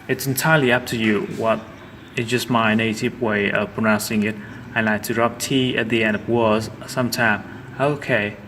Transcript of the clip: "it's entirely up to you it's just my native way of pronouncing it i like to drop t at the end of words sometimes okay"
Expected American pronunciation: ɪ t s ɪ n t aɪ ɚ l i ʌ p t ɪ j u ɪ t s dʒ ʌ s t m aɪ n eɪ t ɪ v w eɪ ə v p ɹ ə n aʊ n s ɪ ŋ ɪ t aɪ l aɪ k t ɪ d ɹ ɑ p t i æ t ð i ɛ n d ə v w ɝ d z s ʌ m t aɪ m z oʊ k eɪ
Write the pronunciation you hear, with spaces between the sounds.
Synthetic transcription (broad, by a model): ɪ t s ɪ n t aɪ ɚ l i ʌ p t ɪ j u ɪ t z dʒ ʌ s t m aɪ n eɪ t ɪ v w eɪ ə v p ɹ ə n aʊ n s ɪ ŋ ɪ t aɪ l aɪ k t ɪ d ɹ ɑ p t i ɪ t ð i ɛ n d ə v w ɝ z s ʌ m t aɪ m oʊ k eɪ